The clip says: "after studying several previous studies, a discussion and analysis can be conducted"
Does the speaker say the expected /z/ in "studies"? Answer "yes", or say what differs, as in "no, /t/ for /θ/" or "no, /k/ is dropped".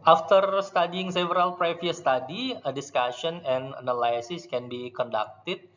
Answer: no, /z/ is dropped